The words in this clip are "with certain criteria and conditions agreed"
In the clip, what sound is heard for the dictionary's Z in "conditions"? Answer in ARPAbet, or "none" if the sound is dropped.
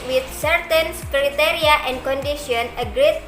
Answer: none